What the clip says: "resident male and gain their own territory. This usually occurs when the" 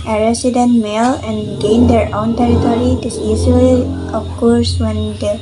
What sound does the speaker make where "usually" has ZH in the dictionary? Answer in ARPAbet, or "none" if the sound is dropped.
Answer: Z